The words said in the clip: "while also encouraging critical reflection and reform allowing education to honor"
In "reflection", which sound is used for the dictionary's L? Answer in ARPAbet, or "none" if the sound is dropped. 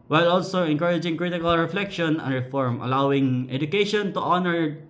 L